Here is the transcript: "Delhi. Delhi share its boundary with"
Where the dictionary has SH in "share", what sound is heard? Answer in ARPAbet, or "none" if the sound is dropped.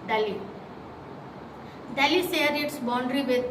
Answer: S